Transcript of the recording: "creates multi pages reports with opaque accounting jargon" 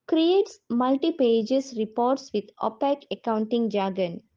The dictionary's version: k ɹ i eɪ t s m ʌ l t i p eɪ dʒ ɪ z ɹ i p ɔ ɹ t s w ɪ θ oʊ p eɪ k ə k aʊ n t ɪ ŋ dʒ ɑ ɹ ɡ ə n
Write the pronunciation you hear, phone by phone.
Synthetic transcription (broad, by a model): k ɹ i eɪ t s m ʌ l t i p eɪ dʒ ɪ s ɹ i p ɔ ɹ t s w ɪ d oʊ p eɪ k ə k aʊ n t ɪ ŋ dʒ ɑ ɡ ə n